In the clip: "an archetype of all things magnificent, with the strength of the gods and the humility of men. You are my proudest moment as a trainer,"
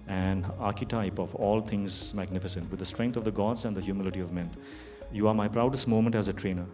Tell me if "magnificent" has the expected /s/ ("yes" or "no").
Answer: yes